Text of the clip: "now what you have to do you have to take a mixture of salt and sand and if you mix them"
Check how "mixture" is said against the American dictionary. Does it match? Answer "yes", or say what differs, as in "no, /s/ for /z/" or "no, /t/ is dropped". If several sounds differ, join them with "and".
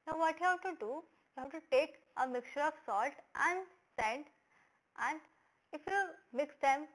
yes